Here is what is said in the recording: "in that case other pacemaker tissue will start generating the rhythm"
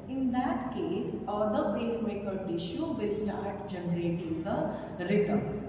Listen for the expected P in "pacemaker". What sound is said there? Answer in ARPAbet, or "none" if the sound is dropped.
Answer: B